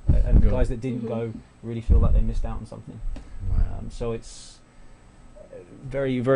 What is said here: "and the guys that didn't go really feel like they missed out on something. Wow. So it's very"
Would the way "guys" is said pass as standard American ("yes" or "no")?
yes